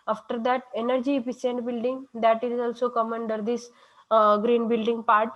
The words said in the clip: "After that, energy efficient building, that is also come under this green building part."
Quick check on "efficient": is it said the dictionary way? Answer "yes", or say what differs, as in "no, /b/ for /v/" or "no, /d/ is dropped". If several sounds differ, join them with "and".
no, /s/ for /ʃ/